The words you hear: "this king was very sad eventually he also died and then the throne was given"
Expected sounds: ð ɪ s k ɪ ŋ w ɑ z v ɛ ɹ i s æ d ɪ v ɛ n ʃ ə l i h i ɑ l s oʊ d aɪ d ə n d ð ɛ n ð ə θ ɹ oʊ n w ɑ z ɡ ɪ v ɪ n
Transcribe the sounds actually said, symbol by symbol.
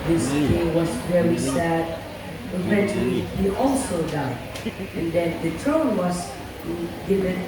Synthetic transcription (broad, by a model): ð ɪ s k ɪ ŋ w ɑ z v ɛ ɹ i s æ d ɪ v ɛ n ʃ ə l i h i ɑ l s oʊ d aɪ d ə n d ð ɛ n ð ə t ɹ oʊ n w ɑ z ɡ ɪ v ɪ n